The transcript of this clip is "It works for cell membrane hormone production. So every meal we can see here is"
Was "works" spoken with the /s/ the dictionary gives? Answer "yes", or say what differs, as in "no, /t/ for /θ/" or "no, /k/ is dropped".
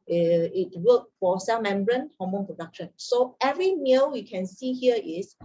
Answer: no, /s/ is dropped